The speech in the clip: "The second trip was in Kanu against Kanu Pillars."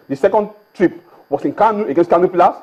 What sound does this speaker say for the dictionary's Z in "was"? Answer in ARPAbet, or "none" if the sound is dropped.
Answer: S